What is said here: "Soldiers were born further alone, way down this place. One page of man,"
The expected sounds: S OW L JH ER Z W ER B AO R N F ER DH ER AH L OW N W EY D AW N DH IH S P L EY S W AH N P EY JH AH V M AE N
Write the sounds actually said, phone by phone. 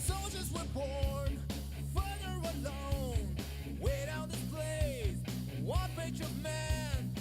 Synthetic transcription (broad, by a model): S OW L JH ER Z W ER B AO R N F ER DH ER AH L OW N W EY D AW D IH P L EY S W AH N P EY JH AH V M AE N